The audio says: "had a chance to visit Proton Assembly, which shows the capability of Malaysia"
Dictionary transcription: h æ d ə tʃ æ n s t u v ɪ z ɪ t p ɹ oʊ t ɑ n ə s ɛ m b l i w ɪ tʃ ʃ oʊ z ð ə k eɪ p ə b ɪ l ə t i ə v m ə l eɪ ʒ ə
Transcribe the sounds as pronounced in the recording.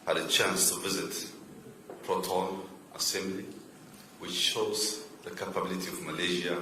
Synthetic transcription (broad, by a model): h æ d ə tʃ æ n s t u v ɪ z ɪ t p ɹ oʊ t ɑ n ə s ɛ m b l i w ɪ tʃ ʃ oʊ z ð ə k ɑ p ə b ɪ l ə t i ə v m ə l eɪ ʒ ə